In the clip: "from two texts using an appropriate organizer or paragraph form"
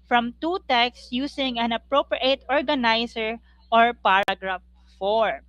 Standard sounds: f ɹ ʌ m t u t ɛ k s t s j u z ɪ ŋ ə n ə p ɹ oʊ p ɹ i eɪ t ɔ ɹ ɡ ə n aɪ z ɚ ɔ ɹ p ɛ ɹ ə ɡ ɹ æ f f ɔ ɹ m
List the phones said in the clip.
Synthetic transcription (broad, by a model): f ɹ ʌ m t u t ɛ k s s j u s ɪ ŋ ə n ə p ɹ oʊ p ɹ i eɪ t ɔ ɹ ɡ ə n aɪ s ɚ ɔ ɹ p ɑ ɹ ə ɡ ɹ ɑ f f ɔ ɹ